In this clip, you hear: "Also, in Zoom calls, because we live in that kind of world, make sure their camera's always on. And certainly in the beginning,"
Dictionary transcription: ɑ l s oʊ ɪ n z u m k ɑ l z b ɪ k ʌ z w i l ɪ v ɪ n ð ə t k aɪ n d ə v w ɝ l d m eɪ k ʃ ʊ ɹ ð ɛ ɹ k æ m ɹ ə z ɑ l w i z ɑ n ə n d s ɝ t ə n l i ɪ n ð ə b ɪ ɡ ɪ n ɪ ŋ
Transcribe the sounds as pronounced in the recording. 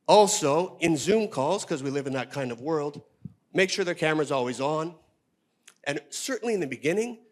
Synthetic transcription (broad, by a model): ɑ l s oʊ ɪ n z u m k ɑ l z k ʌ z w i l ɪ v ɪ n ð ə t k aɪ n d ə v w ɝ l d m eɪ k ʃ ʊ ɹ ð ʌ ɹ k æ m ɹ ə z ɑ l w i z n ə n s ɝ t n l i ɪ n ð ə b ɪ ɡ ɪ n ɪ ŋ